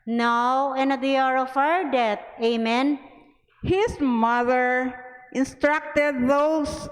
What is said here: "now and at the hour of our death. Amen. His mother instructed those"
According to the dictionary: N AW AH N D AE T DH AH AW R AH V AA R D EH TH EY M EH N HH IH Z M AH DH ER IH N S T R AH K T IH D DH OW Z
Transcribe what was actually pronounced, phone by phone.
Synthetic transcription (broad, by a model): N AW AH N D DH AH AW R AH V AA W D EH T EY M EH N HH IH S M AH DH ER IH N S T R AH K T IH D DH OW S